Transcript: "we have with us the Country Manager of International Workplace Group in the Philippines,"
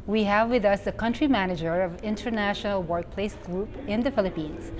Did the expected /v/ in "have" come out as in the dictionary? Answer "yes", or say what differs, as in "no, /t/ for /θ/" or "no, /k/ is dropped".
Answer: yes